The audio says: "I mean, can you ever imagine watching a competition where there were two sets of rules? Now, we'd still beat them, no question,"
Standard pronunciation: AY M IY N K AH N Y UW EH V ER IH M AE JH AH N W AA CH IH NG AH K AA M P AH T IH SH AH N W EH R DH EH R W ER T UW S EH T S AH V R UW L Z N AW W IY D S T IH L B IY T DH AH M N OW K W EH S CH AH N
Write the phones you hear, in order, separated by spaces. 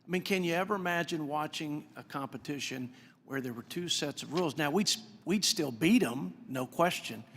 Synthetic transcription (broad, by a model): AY M IY N K AH N Y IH EH V ER IH M AE JH AH N W AA CH IH NG AH K AA M P AH T IH SH AH N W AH R DH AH R W ER T UW S EH T S AH V R UW L Z N AW W IY D S T IH L B IY T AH M N OW K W EH S CH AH N